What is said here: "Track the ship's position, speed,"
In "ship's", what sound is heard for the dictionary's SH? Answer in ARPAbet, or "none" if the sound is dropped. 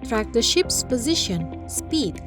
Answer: SH